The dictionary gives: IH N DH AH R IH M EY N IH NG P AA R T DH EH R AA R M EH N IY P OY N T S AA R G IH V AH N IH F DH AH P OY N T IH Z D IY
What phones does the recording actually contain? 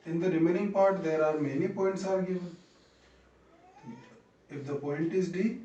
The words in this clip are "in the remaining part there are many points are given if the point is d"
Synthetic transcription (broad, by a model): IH N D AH R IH M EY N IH NG P AA R T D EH R AA R M EH N IY P OY N T S AA R G IH V AH N IH F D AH P OY N T IH Z D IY